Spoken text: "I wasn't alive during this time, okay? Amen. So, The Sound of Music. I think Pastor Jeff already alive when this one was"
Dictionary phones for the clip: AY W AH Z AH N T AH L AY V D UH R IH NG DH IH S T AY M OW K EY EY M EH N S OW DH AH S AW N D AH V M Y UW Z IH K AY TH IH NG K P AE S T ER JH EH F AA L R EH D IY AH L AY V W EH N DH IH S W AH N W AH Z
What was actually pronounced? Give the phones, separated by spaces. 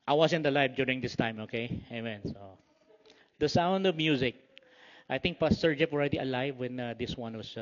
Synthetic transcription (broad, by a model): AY W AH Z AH N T AH L AY V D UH R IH NG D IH S T AY M OW K EY EY M EH N S OW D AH S AW N D AH V M Y UW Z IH K AY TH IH NG K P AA S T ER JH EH P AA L R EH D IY AH L AY V W EH N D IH S W AH N W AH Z